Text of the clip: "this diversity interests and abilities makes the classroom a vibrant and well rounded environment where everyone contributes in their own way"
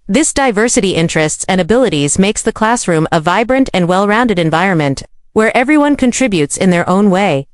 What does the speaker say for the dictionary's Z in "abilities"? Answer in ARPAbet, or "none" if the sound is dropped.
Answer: Z